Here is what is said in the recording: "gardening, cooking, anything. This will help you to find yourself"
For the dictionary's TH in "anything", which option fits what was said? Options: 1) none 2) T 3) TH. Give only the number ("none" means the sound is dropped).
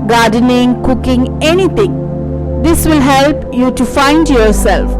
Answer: 2